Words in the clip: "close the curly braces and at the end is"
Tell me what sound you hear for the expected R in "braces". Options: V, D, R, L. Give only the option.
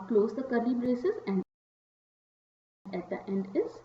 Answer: R